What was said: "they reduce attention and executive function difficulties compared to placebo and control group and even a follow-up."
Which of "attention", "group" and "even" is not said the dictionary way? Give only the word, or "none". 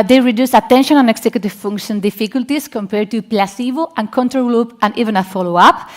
group